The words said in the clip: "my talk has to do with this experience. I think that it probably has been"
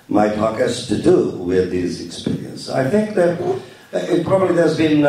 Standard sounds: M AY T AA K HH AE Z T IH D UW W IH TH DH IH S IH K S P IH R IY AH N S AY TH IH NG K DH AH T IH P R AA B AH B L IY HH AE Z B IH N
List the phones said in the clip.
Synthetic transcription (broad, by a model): M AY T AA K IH S T IH D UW W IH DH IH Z IH K S P IH R IY AH N S AY TH IH NG K DH AH T IH P R AA B AH B L IY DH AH Z B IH N